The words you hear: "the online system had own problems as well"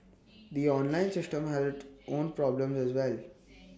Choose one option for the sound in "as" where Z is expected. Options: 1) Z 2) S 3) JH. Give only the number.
1